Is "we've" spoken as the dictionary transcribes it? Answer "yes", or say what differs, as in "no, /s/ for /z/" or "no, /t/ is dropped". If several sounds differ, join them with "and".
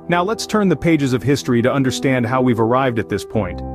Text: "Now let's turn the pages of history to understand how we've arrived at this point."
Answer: yes